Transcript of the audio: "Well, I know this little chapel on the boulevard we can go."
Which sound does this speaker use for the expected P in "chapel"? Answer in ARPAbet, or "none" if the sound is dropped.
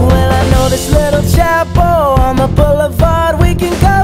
B